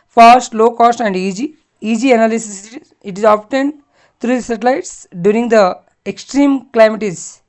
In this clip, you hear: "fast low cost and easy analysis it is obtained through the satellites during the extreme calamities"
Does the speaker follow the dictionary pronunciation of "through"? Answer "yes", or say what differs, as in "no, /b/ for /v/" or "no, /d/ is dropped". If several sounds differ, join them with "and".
no, /t/ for /θ/